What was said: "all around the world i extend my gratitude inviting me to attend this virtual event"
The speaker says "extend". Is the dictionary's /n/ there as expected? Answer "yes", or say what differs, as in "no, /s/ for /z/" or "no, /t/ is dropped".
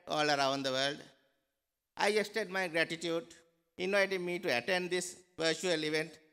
no, /n/ is dropped